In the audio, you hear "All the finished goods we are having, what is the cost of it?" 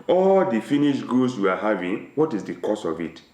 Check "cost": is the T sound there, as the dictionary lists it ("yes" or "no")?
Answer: no